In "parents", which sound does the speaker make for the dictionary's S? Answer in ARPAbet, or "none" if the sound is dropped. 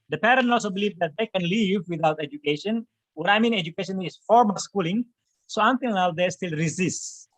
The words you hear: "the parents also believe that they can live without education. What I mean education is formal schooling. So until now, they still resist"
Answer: none